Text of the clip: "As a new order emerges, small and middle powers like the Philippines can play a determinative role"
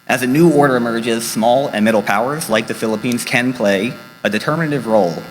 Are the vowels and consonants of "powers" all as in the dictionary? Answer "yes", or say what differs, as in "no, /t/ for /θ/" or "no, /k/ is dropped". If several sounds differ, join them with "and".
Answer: yes